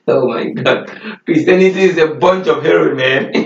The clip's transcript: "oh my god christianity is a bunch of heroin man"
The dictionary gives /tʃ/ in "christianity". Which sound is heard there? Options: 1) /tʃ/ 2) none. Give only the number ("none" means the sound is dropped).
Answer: 2